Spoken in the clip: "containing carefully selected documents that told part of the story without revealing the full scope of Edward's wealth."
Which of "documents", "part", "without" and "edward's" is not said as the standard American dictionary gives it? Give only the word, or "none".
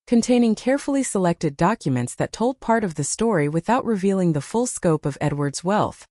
none